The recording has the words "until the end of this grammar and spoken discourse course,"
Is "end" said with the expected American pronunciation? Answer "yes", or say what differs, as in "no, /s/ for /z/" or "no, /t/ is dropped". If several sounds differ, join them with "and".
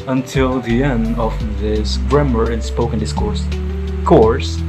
yes